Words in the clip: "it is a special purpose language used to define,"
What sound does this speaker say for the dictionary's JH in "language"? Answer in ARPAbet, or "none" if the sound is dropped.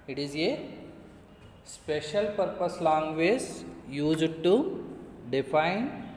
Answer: Z